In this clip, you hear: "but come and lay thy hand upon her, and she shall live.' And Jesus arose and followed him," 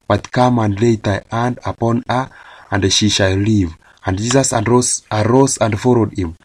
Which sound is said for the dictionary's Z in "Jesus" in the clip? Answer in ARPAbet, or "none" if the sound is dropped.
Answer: S